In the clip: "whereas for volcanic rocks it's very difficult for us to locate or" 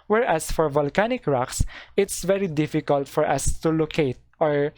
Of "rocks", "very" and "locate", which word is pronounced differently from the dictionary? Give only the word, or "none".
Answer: none